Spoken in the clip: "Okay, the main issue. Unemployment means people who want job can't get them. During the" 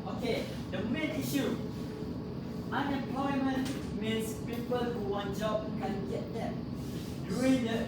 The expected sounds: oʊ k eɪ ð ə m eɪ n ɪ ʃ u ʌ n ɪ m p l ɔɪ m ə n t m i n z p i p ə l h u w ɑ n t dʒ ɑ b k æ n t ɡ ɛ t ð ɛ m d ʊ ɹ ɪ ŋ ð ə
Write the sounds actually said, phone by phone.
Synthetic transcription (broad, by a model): oʊ k eɪ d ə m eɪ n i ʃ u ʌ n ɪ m p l ɔɪ m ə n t m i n s p i p ə l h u w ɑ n dʒ ɑ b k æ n ɡ ɛ t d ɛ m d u ɪ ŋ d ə